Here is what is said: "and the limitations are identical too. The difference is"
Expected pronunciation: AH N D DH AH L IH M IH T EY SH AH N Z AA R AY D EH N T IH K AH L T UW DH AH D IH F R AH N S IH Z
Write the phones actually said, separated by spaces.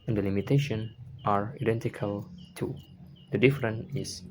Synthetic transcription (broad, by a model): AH N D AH L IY M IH T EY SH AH N AA R AY D EH N T IH K AH L T UW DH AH D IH F R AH N IH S